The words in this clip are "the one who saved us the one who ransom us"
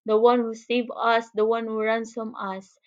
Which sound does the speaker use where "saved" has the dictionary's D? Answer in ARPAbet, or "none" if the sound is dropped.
none